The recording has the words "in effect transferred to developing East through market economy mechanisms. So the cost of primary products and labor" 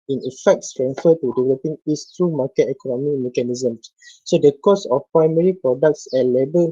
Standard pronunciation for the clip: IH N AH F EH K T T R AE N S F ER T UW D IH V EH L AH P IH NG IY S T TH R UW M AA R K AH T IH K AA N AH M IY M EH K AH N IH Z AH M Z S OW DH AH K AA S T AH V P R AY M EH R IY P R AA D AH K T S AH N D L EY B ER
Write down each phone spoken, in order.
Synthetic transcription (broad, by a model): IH N AH F EH K T S R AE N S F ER T UW D IH V EH L AH P IH NG IY S T R UW M AA K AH T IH K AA N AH M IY M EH K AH N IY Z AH M S OW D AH K AA S AH F P R AY M EH R IY P R AA D AH K T S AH L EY B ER